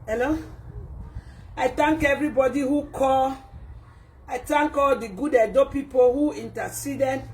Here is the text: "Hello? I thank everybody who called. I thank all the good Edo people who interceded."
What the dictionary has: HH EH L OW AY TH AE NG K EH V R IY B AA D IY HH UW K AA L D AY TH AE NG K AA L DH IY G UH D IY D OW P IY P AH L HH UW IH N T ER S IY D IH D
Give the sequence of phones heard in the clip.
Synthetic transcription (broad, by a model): HH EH L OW AY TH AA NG K EH V R IY B AA D IY HH UW K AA L AY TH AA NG K AA L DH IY G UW D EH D OW P IY P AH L HH UW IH N T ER S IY D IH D